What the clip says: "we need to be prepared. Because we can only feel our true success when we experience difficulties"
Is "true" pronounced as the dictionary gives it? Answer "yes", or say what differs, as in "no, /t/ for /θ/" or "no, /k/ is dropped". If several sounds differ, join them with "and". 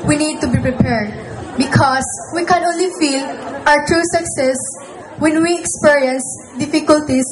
yes